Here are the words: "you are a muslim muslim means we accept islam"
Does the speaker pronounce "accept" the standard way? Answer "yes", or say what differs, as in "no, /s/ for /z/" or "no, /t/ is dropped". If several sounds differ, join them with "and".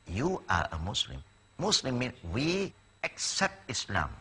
yes